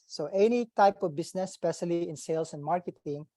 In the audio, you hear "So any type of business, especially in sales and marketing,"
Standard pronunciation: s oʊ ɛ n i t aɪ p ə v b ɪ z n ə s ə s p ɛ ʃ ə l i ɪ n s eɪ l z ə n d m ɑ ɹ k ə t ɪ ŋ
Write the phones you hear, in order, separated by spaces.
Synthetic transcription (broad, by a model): s oʊ ɛ n i t aɪ p ə v b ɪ s n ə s s p ɛ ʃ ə l i ɪ n s eɪ l s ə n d m ɑ ɹ k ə t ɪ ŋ